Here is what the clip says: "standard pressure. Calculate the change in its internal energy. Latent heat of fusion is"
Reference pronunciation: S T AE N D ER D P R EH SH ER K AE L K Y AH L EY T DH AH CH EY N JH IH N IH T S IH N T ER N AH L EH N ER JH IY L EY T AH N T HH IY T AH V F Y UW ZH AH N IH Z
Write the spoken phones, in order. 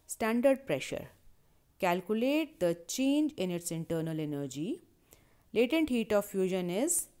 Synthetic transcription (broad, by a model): S T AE N D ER D P R EH SH ER K AE L K Y AH L EY T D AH CH EY N JH IH N IH T S IH N T ER N AH L EH N ER JH IY L EY T AH N T HH IY T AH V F Y UW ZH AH N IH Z